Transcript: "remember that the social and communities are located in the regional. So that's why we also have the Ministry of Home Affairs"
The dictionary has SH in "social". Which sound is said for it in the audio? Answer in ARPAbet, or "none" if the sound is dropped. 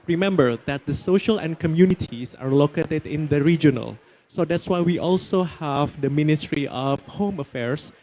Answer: SH